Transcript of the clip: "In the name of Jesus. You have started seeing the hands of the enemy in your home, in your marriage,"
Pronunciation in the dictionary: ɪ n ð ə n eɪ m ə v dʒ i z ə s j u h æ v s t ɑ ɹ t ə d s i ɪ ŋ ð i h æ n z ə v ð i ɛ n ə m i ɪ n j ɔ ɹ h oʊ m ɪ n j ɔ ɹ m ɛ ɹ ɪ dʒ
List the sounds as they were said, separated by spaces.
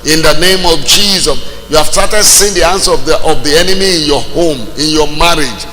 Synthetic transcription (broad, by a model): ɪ n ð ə n eɪ m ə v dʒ i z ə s j u h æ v s t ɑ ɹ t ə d s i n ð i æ n s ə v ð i ɛ n ə m i ɪ n j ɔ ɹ h oʊ m ɪ n j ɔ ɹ m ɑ ɹ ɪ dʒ